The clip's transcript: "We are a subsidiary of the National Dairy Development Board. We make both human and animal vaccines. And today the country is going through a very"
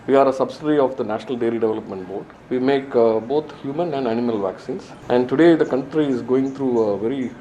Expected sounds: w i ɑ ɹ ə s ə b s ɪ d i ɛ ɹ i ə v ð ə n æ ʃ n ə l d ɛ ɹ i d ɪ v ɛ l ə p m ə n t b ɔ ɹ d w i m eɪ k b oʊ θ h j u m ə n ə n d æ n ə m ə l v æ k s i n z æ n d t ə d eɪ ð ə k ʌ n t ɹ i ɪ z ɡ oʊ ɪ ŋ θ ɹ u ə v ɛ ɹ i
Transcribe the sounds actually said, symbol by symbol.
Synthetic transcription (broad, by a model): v i ɑ ɹ ə s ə b s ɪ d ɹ i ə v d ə n æ ʃ n ə l d ɛ l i d ɪ v ɛ l ə p m ə n t b ɔ ɹ d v i m eɪ k b oʊ t h j u m ə n ə n d æ n ə m ə l v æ k s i n s æ n d t ə d eɪ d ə k ʌ n t ɹ i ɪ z ɡ oʊ ɪ ŋ t ɹ u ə v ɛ ɹ i